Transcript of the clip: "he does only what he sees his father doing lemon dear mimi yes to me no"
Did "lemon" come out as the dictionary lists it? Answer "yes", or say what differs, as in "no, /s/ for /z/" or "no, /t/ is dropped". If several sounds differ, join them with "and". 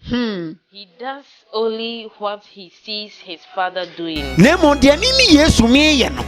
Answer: no, /n/ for /l/